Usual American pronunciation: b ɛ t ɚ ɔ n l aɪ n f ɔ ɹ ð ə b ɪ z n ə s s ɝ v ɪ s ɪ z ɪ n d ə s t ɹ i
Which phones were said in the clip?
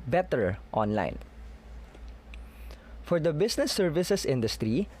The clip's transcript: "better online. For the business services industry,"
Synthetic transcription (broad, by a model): b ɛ t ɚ ɔ n l aɪ n f ɔ ɹ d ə b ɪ s n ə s s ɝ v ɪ s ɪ s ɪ n d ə s t ɹ i